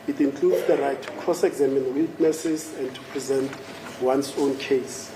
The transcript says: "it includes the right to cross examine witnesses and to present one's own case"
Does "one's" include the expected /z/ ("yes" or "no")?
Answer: no